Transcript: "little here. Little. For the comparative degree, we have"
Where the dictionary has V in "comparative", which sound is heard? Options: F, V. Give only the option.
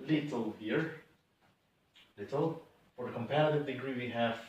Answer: V